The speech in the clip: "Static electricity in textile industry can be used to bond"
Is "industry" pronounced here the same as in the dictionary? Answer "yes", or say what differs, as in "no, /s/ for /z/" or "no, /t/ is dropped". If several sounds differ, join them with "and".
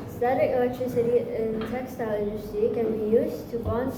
no, /ɹ/ is dropped